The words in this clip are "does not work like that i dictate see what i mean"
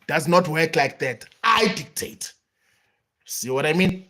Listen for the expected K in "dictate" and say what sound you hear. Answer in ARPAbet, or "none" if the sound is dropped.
K